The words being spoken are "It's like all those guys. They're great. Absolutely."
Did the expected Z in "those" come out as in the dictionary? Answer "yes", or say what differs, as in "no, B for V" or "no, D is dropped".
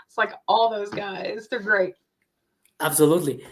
yes